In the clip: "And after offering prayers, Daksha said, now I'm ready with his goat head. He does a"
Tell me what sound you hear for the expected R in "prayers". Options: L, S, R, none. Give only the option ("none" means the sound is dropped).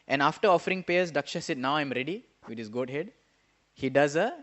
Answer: none